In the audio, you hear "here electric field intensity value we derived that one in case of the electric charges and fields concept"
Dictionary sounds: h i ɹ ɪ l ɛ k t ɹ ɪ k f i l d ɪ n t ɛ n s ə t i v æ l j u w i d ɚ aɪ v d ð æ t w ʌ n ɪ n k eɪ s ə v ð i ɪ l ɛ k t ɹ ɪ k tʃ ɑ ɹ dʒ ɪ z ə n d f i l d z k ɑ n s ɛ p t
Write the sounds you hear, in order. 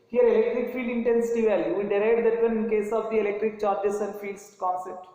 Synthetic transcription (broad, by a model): h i ɹ ɪ l ɛ k t ɹ ɪ k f i d ɪ n t ɛ n s ə t i v æ l j u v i d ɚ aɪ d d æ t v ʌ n ɪ n k eɪ s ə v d i ɪ l ɛ k t ɹ ɪ k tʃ ɑ ɹ dʒ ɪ s ə n d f i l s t k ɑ n s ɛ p t